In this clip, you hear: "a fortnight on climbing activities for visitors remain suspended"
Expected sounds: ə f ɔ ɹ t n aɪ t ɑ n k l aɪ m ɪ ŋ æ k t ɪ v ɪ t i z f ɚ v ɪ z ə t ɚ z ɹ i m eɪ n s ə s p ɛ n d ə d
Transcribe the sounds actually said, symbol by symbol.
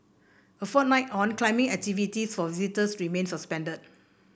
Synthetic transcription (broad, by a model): ə f ɔ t n aɪ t ɑ n k l aɪ m ɪ ŋ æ k t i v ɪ t i s f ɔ v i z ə t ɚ s ɹ i m eɪ n s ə s p ɛ n d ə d